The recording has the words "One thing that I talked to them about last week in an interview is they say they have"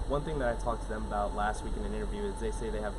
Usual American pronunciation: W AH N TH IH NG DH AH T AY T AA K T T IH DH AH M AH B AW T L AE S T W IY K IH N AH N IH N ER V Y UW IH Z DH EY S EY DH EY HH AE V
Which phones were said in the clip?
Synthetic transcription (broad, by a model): W AH N TH IH NG DH AH T AY T AA K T T IH DH AH M AH B AW T L AE S T W IY K IH N AH N IH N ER V Y UW IH Z DH EY S EY DH EY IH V